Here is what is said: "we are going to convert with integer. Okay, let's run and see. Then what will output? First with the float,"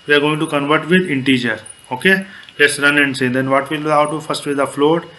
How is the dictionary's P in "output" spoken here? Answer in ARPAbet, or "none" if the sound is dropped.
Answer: none